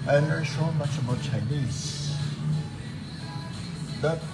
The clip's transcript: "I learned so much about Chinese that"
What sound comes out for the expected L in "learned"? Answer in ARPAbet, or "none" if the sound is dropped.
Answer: N